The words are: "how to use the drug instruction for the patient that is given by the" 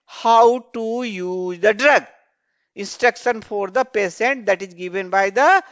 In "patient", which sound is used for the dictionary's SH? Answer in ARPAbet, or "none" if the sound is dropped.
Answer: S